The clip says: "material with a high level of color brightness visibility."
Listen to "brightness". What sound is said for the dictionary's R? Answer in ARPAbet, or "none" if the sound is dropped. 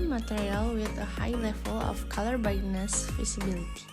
none